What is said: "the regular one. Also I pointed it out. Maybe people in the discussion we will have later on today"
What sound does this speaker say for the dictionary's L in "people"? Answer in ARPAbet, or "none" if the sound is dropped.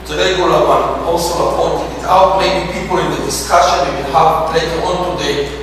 L